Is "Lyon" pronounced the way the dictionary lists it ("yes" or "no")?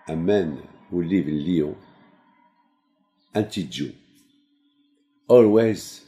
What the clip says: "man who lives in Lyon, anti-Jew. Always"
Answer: no